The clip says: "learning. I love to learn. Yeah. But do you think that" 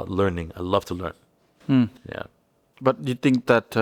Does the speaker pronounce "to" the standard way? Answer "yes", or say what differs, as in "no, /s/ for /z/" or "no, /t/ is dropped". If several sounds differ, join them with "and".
yes